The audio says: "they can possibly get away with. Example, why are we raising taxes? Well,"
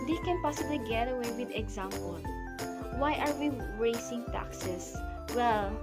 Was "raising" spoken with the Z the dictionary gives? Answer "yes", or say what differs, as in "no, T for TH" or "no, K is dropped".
no, S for Z